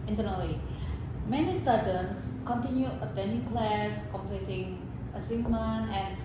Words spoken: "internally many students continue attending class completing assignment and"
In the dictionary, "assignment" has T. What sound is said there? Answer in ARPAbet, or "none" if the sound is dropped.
none